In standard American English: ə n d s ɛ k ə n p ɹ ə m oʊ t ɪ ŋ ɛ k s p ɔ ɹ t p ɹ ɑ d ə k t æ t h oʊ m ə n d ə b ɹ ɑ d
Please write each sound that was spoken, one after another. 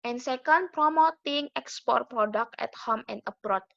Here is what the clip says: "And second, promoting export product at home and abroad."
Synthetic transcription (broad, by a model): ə n s ɛ k ə n p ɹ ə m oʊ t ɪ ŋ ɛ k s p ɔ ɹ t p ɹ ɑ d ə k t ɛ t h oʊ m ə n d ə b ɹ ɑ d